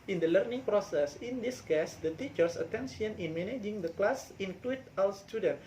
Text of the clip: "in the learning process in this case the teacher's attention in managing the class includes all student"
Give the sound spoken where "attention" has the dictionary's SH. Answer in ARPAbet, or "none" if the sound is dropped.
S